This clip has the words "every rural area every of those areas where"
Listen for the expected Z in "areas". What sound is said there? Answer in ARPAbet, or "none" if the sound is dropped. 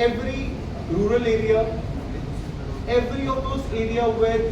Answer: none